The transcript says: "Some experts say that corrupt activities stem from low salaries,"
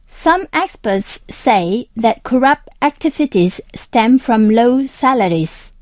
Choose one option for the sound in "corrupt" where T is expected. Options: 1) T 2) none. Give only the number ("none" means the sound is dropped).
1